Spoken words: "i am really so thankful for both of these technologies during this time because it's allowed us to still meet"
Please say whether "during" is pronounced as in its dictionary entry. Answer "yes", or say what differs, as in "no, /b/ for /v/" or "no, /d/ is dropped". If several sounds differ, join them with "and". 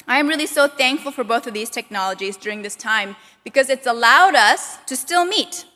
yes